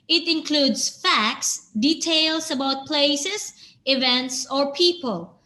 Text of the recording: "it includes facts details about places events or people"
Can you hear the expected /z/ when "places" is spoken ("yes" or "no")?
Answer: no